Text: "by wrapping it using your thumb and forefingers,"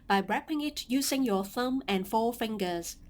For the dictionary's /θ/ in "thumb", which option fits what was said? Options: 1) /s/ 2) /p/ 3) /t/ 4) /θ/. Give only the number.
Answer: 4